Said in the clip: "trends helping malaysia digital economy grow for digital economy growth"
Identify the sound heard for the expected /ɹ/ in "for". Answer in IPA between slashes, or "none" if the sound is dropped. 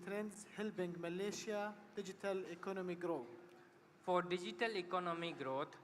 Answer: /ɹ/